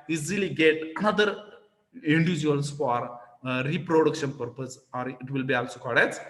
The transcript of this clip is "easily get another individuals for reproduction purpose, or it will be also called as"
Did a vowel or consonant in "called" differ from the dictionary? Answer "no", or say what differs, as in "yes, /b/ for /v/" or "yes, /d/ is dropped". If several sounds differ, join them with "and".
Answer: yes, /l/ is dropped